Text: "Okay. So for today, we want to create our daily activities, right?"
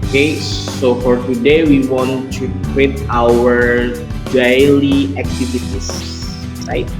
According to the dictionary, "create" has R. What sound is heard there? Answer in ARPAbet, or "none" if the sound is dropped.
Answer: W